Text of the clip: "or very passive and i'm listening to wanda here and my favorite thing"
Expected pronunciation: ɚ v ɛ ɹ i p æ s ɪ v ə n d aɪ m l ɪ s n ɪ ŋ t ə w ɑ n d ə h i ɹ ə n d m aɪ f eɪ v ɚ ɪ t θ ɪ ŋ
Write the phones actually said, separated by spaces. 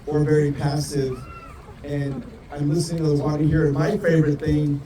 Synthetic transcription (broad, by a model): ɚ v ɛ ɹ i p æ s ɪ v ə n aɪ m l ɪ s n ɪ ŋ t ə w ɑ d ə h i ɹ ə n m aɪ f eɪ v ɚ ɪ t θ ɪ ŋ